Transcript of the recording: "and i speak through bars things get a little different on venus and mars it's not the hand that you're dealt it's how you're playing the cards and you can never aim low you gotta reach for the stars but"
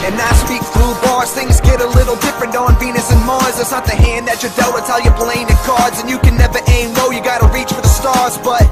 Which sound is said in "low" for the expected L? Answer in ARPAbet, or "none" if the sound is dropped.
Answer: N